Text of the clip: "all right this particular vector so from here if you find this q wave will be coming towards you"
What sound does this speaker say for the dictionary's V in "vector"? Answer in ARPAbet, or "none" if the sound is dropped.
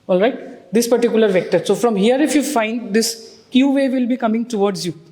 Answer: V